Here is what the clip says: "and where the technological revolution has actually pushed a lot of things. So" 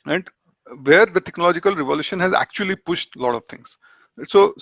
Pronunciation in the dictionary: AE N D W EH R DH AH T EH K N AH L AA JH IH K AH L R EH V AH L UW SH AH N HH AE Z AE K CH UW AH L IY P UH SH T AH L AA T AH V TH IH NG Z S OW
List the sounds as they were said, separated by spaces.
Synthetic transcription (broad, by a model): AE N D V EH R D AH T EH K N AH L AA JH IH K AH L R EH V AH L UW SH AH N HH AE Z AE K CH UW AH L IY P UH SH T L AA T AH V T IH NG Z S OW